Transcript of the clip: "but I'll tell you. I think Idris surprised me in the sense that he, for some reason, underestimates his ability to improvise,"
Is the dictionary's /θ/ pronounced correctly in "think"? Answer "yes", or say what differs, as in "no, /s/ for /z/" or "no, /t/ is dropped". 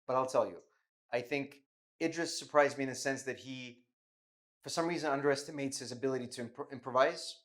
yes